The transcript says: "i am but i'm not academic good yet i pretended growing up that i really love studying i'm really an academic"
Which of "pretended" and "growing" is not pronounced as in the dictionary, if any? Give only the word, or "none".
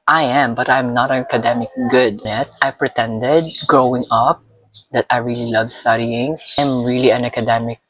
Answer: none